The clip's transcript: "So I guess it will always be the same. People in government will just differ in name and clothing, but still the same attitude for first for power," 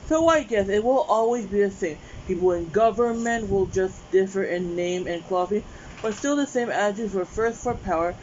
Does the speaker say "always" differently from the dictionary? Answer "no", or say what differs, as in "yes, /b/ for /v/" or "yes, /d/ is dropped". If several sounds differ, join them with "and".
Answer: no